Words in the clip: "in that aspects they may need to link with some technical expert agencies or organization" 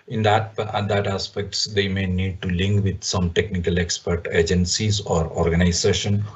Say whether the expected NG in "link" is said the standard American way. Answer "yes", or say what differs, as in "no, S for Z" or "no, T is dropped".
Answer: yes